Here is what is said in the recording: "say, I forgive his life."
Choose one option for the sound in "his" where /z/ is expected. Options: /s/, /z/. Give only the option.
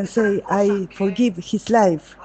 /s/